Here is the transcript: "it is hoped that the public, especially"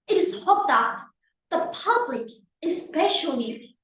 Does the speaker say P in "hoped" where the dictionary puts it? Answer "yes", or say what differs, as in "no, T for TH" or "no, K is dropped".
no, P is dropped